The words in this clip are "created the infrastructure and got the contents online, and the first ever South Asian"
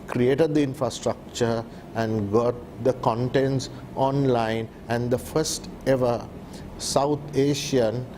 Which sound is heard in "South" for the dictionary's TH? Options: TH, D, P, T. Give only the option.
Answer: T